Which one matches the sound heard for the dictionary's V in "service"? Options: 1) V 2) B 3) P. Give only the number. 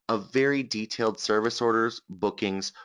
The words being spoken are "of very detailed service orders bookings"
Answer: 1